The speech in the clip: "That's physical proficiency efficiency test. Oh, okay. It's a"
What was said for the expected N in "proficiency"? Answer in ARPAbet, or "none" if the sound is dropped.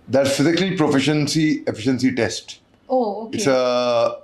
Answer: N